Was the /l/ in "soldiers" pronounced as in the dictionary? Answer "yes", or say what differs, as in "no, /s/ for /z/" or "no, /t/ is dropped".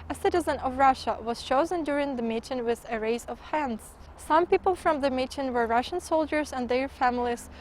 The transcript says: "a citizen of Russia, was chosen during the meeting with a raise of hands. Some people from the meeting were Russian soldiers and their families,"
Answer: yes